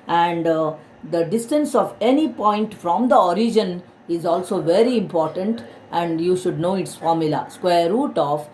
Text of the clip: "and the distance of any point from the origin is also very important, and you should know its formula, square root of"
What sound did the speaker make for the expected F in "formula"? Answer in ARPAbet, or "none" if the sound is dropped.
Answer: F